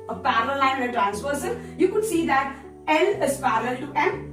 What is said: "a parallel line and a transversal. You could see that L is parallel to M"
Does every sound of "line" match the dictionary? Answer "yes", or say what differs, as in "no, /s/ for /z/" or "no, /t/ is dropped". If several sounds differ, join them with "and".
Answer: no, /n/ is dropped